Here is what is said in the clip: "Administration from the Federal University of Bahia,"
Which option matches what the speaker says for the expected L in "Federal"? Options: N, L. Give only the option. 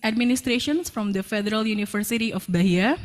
L